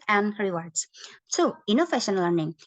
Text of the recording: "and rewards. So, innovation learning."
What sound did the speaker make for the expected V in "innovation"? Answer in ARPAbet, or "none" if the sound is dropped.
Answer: F